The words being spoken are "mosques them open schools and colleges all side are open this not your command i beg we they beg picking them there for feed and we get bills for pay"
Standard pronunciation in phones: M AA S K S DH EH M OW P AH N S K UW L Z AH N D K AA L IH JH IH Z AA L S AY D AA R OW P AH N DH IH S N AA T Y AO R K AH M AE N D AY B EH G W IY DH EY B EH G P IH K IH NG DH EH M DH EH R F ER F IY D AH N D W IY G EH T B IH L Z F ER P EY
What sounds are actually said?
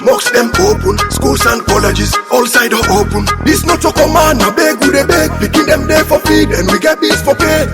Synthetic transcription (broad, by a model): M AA K S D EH M OW P AH N S K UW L S AH N D K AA L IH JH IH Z AA L S AY D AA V OW P AH N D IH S N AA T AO K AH M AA N AY B EH G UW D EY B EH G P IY K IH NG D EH M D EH F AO F IY D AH N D W IY G EH T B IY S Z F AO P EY